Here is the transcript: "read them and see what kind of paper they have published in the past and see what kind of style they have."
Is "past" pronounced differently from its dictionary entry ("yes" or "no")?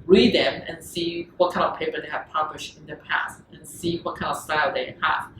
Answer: no